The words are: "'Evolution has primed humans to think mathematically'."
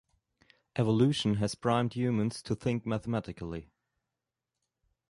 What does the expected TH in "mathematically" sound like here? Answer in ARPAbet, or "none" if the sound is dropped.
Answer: TH